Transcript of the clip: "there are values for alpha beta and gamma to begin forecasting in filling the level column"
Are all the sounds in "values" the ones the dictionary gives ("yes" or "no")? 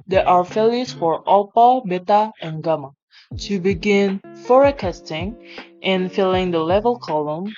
no